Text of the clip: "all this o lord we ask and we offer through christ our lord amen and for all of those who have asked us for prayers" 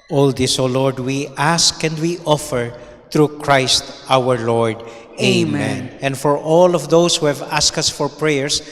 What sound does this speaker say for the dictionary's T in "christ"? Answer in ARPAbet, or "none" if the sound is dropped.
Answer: T